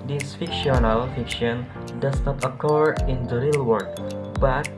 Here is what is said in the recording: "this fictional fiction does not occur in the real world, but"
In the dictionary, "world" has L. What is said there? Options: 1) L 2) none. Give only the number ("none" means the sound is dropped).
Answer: 2